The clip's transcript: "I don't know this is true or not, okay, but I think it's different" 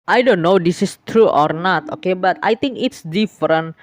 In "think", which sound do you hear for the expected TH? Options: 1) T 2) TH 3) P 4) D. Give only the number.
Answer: 1